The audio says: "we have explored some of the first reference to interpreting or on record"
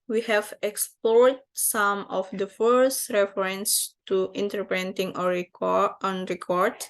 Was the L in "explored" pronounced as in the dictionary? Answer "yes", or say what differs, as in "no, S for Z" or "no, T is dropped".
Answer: yes